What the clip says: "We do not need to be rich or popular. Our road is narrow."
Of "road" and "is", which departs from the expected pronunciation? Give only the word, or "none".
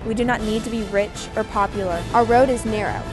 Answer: none